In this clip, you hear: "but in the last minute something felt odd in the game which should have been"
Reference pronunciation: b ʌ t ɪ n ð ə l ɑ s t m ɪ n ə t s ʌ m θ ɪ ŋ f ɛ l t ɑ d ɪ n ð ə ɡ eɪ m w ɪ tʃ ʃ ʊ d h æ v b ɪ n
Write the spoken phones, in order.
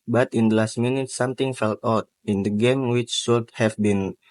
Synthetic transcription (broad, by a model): b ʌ t ɪ n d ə l ɑ s t m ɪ n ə t s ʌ m t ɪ ŋ f ɛ l t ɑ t ɪ n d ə ɡ eɪ m w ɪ tʃ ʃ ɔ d h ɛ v b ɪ n